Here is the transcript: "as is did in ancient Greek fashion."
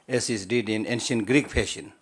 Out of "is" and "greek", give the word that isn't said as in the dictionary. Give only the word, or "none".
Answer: is